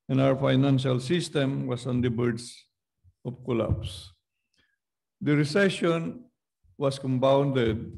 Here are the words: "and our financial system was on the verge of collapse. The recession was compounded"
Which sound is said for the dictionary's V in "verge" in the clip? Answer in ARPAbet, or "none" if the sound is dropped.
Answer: B